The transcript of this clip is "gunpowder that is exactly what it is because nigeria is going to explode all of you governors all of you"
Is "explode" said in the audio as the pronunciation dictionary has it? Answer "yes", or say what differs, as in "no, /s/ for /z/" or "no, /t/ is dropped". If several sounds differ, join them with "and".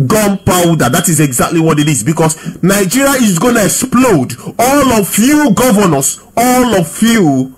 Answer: yes